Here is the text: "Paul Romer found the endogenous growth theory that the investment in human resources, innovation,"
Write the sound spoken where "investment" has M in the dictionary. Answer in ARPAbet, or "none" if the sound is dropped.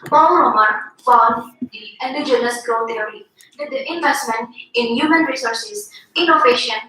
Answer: M